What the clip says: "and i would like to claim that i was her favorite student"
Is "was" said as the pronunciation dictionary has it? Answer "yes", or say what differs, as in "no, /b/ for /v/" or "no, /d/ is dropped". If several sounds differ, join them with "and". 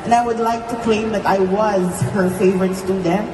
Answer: yes